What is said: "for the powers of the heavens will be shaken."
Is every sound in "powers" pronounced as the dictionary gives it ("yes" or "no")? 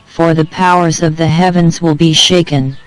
yes